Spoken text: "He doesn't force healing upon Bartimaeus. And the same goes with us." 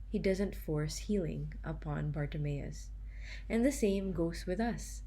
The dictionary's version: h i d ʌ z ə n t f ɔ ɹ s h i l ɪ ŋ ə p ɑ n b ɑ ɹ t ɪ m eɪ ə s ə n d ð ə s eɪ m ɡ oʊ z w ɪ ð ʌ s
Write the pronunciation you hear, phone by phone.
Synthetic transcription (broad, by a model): h i d ʌ z ə n t f ɔ ɹ s h i l ɪ ŋ ə p ɑ n b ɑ ɹ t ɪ m eɪ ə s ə n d ð ə s eɪ m ɡ oʊ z w ɪ ð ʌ s